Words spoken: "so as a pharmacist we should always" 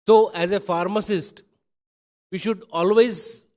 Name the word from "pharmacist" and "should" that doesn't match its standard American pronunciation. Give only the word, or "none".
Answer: none